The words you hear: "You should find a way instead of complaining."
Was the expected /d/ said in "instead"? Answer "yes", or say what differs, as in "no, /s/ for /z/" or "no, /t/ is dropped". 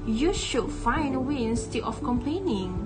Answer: no, /d/ is dropped